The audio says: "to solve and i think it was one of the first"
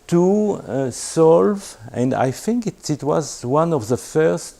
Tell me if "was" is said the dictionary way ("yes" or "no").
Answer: yes